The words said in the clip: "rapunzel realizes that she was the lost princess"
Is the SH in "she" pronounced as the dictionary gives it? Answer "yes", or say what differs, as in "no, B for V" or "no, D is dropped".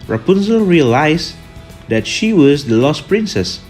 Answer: yes